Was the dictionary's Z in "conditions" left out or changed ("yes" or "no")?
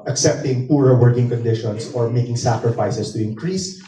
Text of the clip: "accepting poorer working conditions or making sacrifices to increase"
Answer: yes